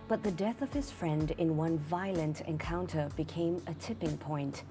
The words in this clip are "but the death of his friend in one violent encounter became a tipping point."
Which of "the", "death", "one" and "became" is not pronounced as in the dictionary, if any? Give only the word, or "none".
none